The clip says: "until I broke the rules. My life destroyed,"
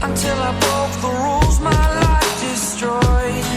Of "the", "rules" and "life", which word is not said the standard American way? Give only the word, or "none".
none